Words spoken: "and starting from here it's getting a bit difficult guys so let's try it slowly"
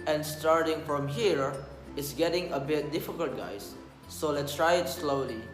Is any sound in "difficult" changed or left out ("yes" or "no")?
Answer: no